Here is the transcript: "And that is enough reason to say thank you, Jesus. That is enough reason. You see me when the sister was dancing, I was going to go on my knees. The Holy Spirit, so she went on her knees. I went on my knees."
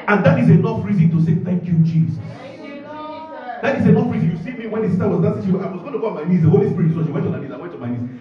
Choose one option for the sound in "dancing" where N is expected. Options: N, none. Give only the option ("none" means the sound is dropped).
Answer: none